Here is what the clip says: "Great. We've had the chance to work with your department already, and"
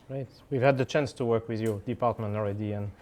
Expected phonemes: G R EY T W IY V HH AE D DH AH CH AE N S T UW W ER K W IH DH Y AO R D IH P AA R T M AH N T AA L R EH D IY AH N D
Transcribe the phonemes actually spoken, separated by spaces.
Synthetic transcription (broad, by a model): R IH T W IY V HH AE D DH AH CH AE N S T UW W ER K W IH DH Y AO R D IH P AA R T M AH N T AA L R EH D IY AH N